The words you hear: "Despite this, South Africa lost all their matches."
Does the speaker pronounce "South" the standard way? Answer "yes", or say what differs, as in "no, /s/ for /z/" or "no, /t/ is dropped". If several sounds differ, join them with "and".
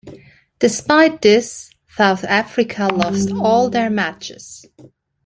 yes